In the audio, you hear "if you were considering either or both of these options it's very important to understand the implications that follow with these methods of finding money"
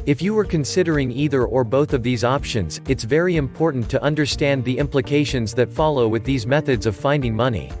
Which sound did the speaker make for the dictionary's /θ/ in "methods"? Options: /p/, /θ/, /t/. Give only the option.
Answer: /θ/